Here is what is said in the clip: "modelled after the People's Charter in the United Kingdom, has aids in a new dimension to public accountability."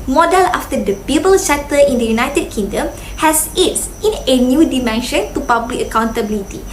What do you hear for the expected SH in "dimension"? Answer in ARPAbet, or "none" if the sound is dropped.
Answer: SH